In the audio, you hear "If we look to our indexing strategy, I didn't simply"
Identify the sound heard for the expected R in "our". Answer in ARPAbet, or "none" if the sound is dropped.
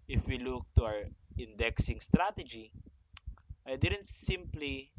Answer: W